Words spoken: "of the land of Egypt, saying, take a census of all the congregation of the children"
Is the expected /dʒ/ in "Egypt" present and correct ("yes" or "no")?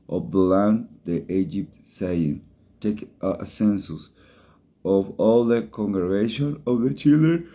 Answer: yes